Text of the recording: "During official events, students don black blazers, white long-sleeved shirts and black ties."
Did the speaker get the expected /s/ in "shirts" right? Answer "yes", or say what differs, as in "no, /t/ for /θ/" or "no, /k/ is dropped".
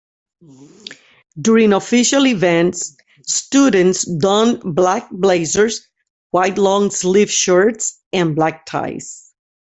yes